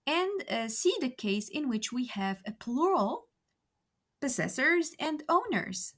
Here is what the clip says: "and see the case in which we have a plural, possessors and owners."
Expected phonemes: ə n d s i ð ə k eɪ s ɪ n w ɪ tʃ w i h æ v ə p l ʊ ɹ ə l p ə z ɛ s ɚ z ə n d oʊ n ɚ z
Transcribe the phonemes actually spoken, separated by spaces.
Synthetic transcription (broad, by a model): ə n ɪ s i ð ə k eɪ s ɪ n w ɪ tʃ w i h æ v ə p l ʊ ɹ ə l p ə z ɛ s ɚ z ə n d oʊ n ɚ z